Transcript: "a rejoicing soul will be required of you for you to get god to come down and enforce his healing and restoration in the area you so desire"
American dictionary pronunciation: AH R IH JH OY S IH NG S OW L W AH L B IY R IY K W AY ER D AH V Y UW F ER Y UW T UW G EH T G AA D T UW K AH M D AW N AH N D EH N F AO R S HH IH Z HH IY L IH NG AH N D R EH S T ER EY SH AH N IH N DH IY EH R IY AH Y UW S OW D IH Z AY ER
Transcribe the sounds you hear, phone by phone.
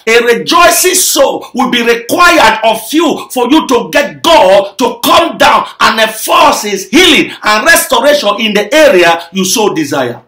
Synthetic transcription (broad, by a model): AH R IH JH OY S IH NG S OW W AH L B IY R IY K W AY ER D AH F Y UW F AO Y UW T UW G EH T G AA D T UW K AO M D AW N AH N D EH F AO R S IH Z HH IY L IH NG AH N R EH S T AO EY SH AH N IH N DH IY EH R IY AH Y UW S OW D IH Z AY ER